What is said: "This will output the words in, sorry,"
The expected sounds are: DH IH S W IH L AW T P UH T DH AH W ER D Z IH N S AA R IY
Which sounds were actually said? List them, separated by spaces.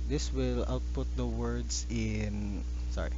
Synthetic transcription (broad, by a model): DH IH S W IH L AW T P UH T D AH W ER D S IH N S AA R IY